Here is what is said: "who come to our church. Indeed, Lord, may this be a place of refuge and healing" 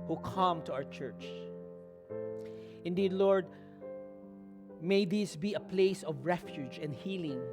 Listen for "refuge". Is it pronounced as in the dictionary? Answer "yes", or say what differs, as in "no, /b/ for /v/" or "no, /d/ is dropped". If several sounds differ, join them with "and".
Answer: yes